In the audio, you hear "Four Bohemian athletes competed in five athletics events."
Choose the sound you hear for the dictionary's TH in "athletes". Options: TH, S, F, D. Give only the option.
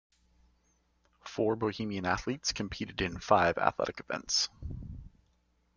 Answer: TH